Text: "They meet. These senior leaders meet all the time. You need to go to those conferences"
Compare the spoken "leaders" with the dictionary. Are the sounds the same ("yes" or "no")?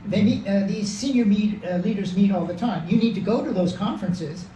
yes